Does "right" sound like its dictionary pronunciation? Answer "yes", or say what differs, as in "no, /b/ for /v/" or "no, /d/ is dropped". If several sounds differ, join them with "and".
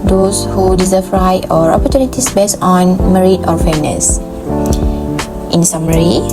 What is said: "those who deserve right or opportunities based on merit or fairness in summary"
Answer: no, /t/ is dropped